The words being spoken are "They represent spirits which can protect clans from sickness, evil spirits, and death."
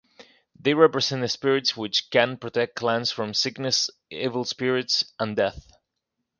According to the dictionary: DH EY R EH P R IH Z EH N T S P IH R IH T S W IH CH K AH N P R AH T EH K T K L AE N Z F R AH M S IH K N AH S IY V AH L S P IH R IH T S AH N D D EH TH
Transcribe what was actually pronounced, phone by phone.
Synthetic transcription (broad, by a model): DH EY R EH P R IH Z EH N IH S P IH R IH T S W IH CH K AH N P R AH T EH K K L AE N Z F R AH M S IH K N AH S IY V AH L S P IH R IH T S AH N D D EH TH